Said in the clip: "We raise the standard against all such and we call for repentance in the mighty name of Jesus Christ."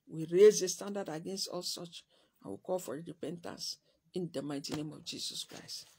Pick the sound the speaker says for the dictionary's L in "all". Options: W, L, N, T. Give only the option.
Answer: L